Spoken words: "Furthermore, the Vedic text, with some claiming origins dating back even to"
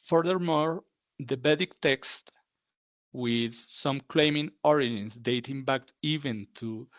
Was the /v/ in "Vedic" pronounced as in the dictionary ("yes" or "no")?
no